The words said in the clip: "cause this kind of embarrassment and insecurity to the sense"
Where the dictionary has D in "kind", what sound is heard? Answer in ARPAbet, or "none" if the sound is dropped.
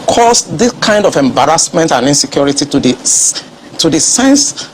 D